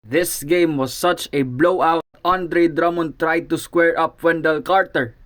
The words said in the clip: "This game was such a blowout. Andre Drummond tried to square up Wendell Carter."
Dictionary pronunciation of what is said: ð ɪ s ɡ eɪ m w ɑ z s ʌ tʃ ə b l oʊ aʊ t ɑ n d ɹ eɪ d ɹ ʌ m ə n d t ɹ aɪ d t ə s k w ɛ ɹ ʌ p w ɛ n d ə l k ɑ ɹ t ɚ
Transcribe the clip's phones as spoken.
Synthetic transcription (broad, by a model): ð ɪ s ɡ eɪ m w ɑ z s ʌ tʃ ə b l oʊ aʊ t ɑ n d ɹ eɪ d ɹ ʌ m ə n t ɹ aɪ d t ə s k w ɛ ɹ ʌ p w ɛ n d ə l k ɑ ɹ t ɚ